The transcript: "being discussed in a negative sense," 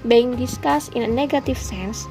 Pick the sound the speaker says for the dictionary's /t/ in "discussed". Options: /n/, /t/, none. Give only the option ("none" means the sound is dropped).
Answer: none